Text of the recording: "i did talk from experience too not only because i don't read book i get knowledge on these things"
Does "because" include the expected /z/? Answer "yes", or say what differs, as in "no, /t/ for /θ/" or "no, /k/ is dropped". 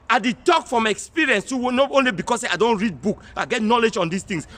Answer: no, /s/ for /z/